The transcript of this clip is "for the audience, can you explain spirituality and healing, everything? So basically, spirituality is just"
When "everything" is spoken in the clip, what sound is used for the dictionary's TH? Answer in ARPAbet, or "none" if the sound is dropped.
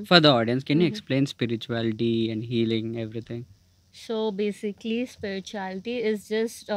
T